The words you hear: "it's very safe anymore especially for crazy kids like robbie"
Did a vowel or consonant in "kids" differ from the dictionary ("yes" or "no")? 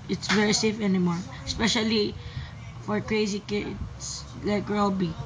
yes